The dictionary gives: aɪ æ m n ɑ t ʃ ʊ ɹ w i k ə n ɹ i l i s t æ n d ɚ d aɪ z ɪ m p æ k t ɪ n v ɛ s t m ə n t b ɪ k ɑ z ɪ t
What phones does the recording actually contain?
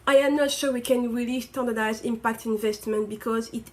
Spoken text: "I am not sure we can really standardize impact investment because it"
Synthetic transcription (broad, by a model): aɪ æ m n ɑ t ʃ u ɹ w i k ə n ɹ i l i s t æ n d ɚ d aɪ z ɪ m p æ k t ɪ n v ɛ s t m ə n t b ɪ k ɑ z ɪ t